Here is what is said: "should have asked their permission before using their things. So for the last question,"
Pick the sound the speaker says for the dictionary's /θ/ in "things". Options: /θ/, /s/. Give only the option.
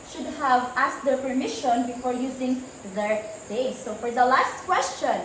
/s/